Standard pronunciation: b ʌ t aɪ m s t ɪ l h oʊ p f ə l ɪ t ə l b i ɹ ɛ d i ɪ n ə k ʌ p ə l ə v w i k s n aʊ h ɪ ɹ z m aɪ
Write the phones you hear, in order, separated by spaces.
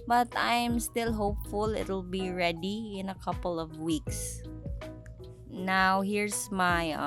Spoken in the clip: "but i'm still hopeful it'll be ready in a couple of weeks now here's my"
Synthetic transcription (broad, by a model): b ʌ t aɪ m s t ɪ l h oʊ p f ə l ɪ t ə l b i ɹ ɛ d i ɪ n ə k ʌ p ə l ə v w i k s n aʊ h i ɹ s m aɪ